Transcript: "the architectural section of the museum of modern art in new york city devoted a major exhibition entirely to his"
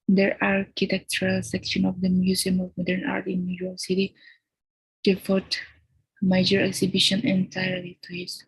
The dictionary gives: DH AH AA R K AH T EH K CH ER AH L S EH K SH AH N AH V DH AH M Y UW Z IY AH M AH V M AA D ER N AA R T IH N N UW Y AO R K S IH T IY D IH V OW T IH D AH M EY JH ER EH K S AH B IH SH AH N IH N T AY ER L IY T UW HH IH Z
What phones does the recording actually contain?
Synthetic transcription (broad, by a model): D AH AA R K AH T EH K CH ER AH L S EH K SH AH N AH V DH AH M Y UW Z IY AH M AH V M AA D ER N AA R T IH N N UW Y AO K S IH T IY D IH F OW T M AH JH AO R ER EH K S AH B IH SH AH N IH N T AY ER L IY T UW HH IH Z